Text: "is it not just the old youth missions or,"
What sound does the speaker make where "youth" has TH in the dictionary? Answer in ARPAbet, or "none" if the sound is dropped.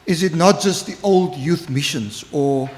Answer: TH